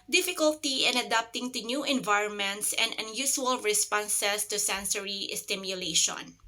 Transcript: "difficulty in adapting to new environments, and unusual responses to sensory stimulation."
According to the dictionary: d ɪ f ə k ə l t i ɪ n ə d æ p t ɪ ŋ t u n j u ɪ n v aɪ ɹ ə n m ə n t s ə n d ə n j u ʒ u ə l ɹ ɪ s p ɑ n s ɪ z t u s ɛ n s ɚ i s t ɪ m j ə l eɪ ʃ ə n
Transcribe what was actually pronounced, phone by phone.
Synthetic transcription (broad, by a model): d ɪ f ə k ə l t i ɪ n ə d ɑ p t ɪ ŋ t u n j u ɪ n v aɪ ɹ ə n m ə n t s ə n d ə n j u s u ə l ɹ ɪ s p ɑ n s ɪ s t u s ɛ n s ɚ i s t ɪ m j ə l eɪ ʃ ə n